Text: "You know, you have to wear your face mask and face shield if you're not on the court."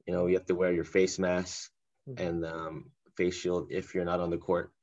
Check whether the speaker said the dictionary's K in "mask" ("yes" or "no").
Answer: no